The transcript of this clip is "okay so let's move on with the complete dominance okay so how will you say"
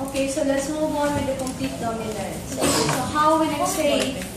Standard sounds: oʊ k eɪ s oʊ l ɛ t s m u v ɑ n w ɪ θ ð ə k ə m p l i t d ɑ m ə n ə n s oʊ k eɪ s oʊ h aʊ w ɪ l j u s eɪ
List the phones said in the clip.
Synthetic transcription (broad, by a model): oʊ k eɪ s oʊ l ɛ t s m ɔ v ɑ n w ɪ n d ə k ə m p l i t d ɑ ə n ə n oʊ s s oʊ h aʊ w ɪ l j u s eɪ